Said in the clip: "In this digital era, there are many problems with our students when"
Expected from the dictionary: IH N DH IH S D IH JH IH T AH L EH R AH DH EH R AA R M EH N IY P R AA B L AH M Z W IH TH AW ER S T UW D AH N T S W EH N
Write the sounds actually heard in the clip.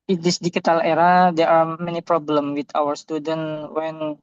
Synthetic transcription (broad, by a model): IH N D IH S D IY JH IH T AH L EH R AH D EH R AA R M EH N IY P R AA B L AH M W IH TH AW ER S T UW D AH N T W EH N